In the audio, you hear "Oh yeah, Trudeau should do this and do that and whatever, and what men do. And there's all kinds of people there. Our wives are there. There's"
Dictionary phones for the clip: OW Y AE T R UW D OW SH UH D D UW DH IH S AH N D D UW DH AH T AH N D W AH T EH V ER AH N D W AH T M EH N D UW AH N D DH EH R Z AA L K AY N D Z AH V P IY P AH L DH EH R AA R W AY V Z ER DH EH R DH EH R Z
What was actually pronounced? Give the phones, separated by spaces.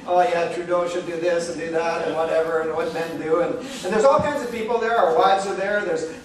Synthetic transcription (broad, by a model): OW Y AE T R UW D OW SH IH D D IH DH IH S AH N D D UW DH AH T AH N W AH T EH V ER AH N W AH T M EH N D UW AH N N DH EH R Z AA L K AY N D Z AH V P IY P L DH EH R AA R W AY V Z ER DH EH R DH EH R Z